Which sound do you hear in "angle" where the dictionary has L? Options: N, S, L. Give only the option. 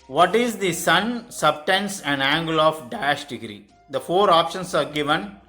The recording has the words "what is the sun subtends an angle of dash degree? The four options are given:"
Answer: L